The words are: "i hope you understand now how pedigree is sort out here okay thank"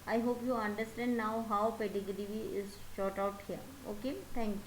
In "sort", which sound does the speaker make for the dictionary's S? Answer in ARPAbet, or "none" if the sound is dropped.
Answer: SH